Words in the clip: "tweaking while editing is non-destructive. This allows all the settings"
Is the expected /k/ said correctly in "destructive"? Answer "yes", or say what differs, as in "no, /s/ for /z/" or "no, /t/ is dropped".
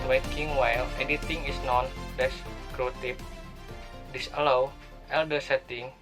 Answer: no, /k/ is dropped